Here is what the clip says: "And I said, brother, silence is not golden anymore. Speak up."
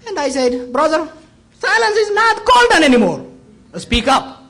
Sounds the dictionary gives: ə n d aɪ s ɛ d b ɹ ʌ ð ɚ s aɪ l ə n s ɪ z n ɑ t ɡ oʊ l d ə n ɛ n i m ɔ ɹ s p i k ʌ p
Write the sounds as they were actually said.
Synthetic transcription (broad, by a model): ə n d aɪ s ɛ d b ɹ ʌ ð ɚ s aɪ l ə n s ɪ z n ɑ t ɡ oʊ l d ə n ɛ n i m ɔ ɹ s p i k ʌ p